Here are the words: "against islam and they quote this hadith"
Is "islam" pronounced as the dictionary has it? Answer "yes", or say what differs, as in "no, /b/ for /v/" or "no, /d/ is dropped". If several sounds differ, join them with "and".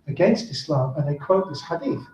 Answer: yes